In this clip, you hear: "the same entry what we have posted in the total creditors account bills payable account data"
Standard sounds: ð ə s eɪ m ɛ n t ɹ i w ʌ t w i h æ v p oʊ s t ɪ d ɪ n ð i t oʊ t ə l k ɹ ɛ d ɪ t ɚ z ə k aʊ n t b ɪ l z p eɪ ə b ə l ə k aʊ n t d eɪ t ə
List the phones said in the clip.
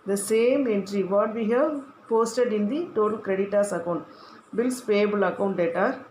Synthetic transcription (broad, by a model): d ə s eɪ m ɛ n t ɹ i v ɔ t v i h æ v p oʊ s t ɪ d ɪ n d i t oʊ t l k ɹ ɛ d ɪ t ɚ s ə k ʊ n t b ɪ l s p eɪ b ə l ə k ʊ n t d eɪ t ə